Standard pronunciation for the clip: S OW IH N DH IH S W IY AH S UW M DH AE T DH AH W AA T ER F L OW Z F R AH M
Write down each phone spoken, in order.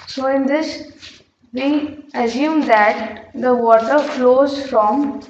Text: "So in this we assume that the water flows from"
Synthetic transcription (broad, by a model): S OW IH N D IH S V IY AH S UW M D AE T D AH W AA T ER F L OW Z F R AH M